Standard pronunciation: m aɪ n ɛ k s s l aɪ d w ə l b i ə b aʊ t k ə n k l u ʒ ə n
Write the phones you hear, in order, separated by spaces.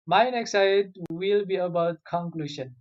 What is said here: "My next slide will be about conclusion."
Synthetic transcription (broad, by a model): m aɪ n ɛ k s s aɪ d w ə l b i ə b aʊ t k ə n k l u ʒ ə n